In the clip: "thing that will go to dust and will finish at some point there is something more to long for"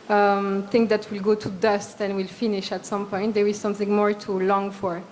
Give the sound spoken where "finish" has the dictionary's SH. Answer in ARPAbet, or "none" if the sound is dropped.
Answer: SH